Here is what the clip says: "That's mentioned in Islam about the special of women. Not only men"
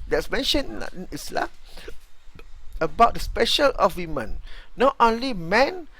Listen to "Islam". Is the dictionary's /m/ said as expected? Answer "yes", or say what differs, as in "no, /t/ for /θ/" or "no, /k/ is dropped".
no, /m/ is dropped